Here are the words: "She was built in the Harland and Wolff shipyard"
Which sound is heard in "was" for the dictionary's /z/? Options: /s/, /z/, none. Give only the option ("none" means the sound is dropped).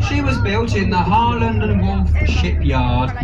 /z/